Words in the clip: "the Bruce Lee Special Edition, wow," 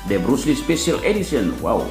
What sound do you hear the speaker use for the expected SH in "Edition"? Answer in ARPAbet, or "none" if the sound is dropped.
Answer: S